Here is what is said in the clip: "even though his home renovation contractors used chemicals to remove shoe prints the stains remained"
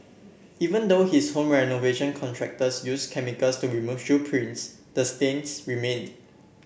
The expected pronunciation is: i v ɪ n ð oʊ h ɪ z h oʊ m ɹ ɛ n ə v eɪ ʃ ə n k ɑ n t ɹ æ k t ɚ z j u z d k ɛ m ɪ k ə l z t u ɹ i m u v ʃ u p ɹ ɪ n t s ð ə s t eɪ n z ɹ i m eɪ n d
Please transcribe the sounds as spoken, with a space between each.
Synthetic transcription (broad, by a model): i v ɪ n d oʊ h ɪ s h oʊ m ɹ ɛ n ə v eɪ ʃ ə n k ɑ n t ɹ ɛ k t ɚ s j u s k ɛ m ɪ k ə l s t u ɹ i m u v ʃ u p ɹ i n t s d ə s t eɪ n s ɹ i m eɪ n